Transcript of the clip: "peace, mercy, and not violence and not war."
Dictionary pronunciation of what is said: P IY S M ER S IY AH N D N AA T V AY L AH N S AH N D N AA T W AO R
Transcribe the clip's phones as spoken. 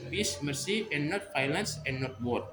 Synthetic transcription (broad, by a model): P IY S M ER S IY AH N N AA T F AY L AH N S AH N N AA T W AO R